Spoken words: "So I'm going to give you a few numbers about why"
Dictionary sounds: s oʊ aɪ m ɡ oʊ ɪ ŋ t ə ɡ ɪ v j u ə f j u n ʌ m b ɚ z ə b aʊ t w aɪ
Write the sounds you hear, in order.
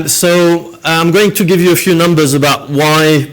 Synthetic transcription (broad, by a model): s oʊ aɪ m ɡ oʊ ɪ ŋ t ə ɡ ɪ v j ə f j u n ʌ m b ɚ z ə b aʊ t w aɪ